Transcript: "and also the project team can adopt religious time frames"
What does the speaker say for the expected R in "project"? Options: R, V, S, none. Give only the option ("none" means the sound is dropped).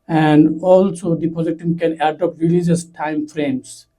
none